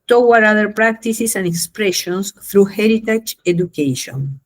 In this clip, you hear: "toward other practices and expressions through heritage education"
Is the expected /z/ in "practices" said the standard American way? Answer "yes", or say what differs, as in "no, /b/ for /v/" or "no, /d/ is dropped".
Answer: no, /s/ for /z/